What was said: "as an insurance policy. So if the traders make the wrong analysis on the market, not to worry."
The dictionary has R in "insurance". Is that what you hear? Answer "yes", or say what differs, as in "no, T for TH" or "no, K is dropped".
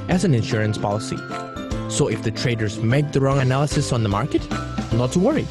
yes